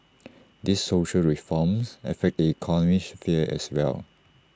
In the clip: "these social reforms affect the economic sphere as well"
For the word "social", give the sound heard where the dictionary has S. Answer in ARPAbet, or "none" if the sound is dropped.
S